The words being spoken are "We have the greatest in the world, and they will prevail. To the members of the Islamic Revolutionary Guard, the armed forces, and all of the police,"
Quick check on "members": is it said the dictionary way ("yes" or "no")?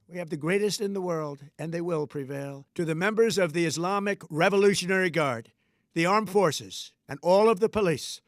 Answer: yes